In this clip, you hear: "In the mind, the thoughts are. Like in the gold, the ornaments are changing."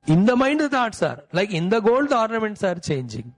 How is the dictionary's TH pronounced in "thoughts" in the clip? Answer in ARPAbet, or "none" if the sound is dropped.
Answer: T